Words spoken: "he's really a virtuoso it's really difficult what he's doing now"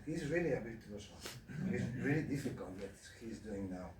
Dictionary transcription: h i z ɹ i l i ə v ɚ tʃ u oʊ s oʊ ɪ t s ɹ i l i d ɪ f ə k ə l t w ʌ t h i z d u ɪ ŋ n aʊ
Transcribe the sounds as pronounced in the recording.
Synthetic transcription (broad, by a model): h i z ɹ i l i ə b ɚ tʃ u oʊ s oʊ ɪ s ɹ i l i d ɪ f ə k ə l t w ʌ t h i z d u ɪ ŋ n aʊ